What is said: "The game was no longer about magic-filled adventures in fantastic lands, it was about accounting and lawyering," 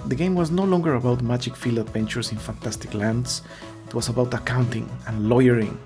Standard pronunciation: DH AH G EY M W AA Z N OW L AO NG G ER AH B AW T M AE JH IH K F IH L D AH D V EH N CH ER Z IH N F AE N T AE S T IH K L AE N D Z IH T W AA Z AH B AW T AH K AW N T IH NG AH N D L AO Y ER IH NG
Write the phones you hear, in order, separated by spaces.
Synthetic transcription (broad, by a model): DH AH G EY M W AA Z N OW L AO NG G ER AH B AW T M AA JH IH K F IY L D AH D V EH N CH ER S IH N F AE N T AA S T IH K L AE N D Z IH T W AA S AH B AW T AH K AW N T IH NG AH N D L AO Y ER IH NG